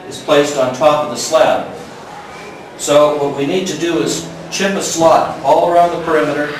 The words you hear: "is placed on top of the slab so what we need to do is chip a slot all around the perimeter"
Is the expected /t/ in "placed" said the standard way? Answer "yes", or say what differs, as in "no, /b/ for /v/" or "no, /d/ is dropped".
yes